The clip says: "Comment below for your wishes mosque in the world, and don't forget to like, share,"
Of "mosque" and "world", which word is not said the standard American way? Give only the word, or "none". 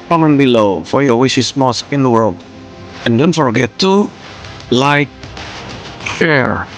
none